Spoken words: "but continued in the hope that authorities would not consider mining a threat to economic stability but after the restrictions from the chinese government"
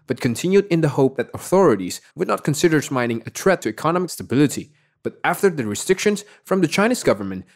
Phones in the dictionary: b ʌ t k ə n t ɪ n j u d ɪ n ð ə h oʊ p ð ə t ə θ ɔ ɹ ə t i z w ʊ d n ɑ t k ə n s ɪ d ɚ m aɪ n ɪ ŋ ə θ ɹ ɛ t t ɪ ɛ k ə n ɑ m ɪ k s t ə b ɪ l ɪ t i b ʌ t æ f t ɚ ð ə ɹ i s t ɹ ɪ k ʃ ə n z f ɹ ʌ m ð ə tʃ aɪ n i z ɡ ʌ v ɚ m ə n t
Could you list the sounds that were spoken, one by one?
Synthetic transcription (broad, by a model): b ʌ t k ə n t ɪ n j u d ɪ n ð ə h oʊ p ð ə t ə θ ɔ ɹ ə t i z w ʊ d n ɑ t k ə n s ɪ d ɚ m aɪ n ɪ ŋ ə t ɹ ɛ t t ɪ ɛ k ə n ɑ m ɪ k s t ə b ɪ l ɪ t i b ʌ t æ f t ɚ ð ə ɹ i s t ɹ ɪ k ʃ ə n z f ɹ ʌ m ð ə tʃ aɪ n i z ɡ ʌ v ɚ m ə n t